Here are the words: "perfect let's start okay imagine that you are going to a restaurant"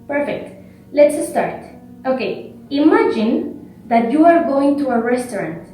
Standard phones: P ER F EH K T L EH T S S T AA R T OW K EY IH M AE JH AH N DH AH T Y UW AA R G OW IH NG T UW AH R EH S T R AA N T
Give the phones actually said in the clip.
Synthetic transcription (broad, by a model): P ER F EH K T L EH T S S T AA R T OW K EY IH M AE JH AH N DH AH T Y UW AA R G OW IH NG T UW AH R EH S T R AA N T